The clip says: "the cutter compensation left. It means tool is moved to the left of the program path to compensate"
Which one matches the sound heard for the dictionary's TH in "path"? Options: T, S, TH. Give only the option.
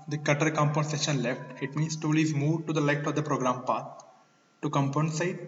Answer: T